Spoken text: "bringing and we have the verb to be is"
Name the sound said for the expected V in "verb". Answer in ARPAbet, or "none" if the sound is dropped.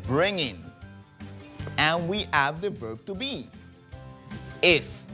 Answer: V